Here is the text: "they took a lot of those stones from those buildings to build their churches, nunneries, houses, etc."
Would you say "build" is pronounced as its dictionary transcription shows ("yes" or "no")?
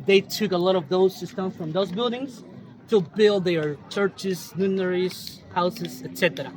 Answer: yes